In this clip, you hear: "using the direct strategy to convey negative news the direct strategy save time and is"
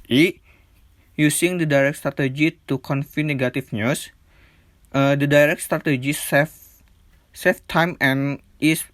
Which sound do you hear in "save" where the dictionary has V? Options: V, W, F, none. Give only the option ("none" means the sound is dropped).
F